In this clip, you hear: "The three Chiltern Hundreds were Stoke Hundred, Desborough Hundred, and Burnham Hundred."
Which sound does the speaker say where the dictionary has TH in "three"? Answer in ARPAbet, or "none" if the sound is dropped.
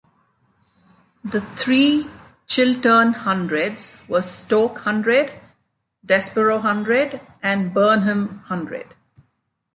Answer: T